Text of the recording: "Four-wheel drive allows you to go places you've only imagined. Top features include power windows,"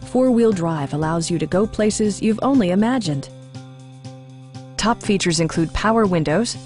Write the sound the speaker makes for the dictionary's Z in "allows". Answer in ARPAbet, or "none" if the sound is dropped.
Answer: Z